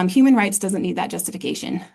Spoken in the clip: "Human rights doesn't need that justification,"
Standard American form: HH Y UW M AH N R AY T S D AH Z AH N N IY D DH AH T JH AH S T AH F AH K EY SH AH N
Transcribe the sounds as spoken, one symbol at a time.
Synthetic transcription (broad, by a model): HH Y UW M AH N R AY T S D AH Z AH N N IY D DH AH T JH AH S T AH F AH K EY SH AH N